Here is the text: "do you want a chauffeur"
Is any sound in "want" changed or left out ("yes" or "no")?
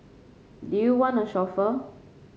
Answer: yes